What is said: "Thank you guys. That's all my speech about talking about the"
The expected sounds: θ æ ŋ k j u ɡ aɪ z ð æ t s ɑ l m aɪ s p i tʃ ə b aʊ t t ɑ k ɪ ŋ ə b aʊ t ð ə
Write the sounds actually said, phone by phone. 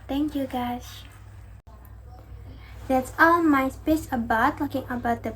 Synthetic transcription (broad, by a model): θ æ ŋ k j u ɡ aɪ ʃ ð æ t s ɑ l m aɪ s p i s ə b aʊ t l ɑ k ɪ ŋ ə b aʊ t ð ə